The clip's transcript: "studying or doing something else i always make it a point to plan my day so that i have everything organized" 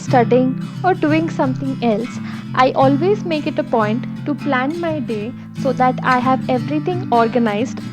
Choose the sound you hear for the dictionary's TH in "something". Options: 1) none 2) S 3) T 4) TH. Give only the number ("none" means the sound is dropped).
3